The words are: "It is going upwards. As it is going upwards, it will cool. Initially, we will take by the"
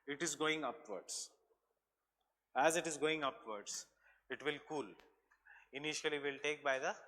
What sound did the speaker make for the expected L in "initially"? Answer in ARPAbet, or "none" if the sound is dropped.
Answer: none